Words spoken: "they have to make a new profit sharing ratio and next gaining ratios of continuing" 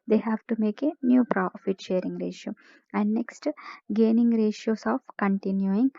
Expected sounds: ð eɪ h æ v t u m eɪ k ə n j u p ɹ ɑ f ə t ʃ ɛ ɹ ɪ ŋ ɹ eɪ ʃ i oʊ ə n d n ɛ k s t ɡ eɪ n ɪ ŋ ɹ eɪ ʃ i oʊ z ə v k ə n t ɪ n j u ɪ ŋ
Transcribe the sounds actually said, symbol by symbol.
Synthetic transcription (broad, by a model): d eɪ h æ v t u m eɪ k ə n j u p ɹ ɑ f ə t ʃ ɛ ɹ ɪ ŋ ɹ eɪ ʃ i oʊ ə n d n ɛ k s t ɡ eɪ n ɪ ŋ ɹ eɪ ʃ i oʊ s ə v k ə n t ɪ n j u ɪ ŋ